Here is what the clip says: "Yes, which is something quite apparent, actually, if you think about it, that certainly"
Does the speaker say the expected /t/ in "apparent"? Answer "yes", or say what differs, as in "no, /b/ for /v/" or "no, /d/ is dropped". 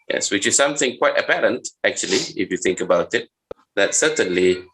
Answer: yes